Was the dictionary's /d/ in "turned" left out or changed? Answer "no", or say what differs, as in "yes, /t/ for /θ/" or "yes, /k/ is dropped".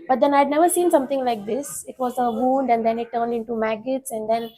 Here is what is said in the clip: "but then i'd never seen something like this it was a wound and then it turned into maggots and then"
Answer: no